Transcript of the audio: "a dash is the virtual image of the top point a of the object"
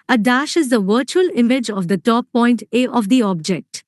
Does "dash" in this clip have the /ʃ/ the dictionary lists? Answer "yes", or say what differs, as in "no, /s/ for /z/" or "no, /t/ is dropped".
yes